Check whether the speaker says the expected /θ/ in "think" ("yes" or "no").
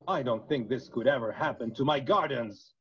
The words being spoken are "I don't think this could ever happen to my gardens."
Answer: yes